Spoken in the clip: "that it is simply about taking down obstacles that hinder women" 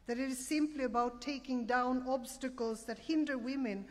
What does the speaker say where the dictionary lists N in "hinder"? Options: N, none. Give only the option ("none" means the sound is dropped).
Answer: N